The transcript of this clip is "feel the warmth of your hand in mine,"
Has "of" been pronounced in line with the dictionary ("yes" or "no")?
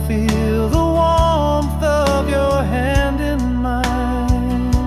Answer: yes